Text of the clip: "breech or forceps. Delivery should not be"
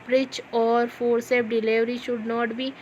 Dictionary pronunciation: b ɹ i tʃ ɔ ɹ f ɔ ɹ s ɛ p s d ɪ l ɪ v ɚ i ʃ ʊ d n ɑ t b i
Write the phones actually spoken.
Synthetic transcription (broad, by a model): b ɹ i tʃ ɔ ɹ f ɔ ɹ s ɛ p d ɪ l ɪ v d i ʃ ʊ d n ɑ t b i